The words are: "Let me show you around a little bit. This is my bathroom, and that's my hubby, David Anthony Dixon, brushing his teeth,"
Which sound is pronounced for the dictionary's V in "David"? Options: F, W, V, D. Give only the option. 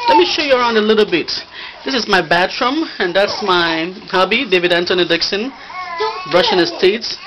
V